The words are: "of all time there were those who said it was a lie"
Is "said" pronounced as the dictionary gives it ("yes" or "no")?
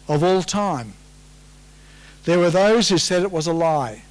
yes